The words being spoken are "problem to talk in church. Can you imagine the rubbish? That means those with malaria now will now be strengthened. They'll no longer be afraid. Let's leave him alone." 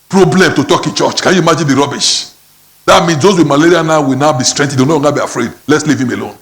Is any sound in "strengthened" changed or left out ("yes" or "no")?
yes